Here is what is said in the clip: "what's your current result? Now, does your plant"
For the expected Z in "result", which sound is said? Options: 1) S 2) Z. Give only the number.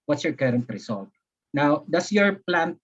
1